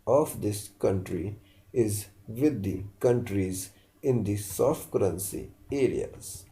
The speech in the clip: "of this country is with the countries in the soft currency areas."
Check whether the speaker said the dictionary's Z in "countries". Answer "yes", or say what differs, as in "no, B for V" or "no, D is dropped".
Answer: yes